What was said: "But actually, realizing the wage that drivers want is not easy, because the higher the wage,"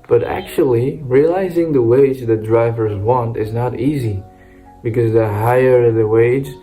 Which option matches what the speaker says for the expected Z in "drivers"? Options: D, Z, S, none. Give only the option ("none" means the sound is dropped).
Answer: Z